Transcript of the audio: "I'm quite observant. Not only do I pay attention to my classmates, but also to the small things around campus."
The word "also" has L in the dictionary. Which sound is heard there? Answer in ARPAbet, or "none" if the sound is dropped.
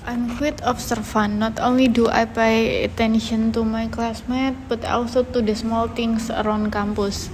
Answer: W